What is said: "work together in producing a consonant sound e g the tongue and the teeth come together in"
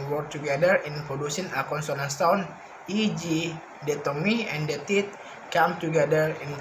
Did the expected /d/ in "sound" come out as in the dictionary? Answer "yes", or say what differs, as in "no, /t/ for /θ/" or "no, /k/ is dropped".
no, /d/ is dropped